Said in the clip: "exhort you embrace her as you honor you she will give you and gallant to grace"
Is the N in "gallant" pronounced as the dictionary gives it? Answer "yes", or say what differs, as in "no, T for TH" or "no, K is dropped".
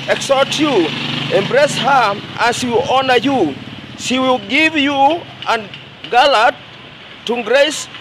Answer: no, N is dropped